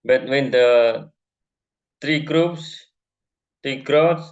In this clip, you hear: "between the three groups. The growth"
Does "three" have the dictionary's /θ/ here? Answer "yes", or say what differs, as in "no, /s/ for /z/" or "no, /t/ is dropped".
no, /t/ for /θ/